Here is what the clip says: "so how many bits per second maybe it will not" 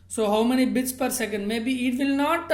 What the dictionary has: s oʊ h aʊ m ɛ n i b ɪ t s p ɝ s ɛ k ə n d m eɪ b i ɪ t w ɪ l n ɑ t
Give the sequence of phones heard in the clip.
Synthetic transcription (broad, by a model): s oʊ h aʊ m ɛ n i b ɪ t s p ɝ s ɛ k ə n d m eɪ b i ɪ t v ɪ l n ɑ t